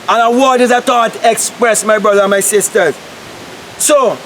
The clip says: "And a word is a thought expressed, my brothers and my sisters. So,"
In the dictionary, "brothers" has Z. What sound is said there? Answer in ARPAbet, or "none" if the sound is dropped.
none